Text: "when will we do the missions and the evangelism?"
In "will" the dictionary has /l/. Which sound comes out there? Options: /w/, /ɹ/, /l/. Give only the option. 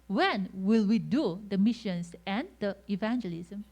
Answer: /l/